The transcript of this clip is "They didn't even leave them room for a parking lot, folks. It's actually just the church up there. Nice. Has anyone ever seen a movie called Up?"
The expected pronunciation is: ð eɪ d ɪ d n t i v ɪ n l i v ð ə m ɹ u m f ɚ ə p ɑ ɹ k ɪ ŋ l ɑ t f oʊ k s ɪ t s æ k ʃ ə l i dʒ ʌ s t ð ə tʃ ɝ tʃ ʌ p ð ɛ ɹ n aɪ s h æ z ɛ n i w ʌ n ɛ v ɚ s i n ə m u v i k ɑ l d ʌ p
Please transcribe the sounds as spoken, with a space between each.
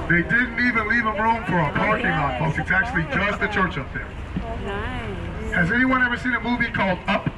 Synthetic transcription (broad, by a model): ð eɪ d ɪ d n t i v ɪ n l i v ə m ɹ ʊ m f ɚ ə p ɑ ɹ k ɪ ŋ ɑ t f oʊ s ɪ t s æ k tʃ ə l i dʒ ʌ s t ð ə tʃ ɝ tʃ ʌ p ð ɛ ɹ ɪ z ɛ n i w ʌ n ɛ v ɚ s i n ə m u v i k ɑ l d ʌ p